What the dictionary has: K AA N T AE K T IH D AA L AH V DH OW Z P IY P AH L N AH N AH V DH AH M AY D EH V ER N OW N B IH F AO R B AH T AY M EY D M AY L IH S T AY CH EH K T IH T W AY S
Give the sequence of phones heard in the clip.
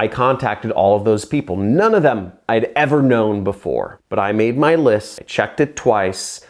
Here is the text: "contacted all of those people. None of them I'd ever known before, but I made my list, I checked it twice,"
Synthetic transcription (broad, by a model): K AA N T AE K T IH D AA L AH V DH OW Z P IY P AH L N AH N AH V DH AH M AY D EH V ER N OW N B IH F AO R B AH T AY M EY D M AY L IH S T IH CH EH K T IH T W AY S